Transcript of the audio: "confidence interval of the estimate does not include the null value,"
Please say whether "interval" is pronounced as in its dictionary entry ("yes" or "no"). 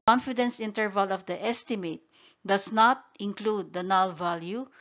yes